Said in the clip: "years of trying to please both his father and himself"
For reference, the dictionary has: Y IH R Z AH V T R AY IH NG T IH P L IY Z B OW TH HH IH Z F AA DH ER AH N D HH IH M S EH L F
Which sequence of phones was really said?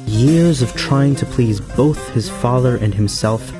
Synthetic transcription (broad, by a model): Y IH R Z AH V T R AY IH NG T IH P L IY Z B OW TH HH IH Z F AA DH ER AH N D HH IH M S EH L F